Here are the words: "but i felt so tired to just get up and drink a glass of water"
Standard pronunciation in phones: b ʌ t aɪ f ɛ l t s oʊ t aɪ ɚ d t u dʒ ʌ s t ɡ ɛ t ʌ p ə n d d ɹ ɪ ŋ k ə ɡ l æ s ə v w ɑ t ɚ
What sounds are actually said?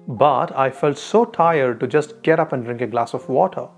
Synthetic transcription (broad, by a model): b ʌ t aɪ f ɛ l t s oʊ t aɪ ɚ d t u dʒ ʌ s t ɡ ɛ t ʌ p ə n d d ɹ ɪ ŋ k ə ɡ l æ s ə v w ɑ t ɚ